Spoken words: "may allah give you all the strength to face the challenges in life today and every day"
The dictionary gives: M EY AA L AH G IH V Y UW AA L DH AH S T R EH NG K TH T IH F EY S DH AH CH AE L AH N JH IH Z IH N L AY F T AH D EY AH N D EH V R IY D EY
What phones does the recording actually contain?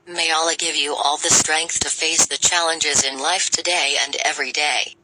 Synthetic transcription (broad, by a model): M EY AA L AH G IH V Y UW AA L DH AH S T R EH NG K TH T IH F EY S DH AH CH AE L AH N JH IH Z IH N L AY F T AH D EY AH N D EH V R IY D EY